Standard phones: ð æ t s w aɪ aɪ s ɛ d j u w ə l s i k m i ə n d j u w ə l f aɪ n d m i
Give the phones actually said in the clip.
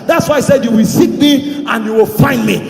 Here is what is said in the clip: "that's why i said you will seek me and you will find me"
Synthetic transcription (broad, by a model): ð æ t s w aɪ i s ɛ d j u w ə l s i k m i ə n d j u w ə l f aɪ n d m i